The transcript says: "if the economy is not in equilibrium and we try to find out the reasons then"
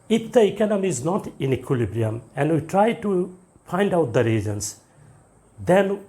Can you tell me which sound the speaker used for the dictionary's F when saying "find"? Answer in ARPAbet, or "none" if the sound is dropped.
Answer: P